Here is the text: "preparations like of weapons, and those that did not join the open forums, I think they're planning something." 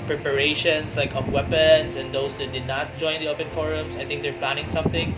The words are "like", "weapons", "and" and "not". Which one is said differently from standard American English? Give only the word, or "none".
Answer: weapons